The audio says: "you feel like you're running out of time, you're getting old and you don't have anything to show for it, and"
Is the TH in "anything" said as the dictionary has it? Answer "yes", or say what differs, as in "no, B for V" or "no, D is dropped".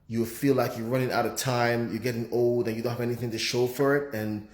yes